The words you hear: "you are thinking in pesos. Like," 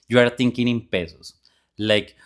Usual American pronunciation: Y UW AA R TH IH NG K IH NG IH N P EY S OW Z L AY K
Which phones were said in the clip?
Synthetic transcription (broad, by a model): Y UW AA R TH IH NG K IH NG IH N P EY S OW S L AY K